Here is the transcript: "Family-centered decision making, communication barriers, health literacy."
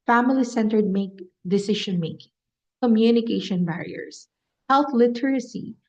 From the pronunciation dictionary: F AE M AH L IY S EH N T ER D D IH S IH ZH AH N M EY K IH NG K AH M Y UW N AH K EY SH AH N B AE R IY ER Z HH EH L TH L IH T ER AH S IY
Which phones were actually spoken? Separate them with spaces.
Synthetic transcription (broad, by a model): F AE M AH L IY S EH N T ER D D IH S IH SH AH N M EY K IH NG K AH M Y UW N AH K EY SH AH N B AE R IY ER S HH EH L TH L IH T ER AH S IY